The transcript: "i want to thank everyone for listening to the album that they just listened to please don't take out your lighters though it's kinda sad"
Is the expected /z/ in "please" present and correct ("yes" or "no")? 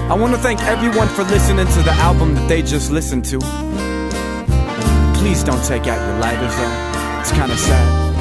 yes